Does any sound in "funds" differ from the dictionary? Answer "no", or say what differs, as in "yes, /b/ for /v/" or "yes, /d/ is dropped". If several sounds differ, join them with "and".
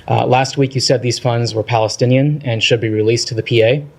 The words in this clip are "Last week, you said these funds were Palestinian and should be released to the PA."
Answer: no